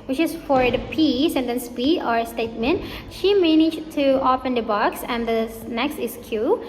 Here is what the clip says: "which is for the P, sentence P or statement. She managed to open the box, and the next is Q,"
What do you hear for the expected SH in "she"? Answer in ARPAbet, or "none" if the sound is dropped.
SH